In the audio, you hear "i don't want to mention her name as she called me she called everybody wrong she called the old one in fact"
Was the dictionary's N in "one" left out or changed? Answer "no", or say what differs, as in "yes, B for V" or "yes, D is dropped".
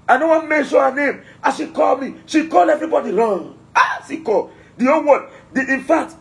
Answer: yes, N is dropped